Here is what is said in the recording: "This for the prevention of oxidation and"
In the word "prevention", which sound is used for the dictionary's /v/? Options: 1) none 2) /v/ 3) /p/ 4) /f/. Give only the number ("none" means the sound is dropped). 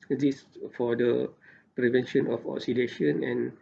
2